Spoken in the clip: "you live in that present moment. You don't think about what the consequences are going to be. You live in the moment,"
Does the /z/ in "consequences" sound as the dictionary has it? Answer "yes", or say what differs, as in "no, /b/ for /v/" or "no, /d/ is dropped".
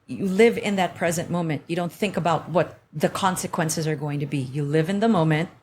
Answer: yes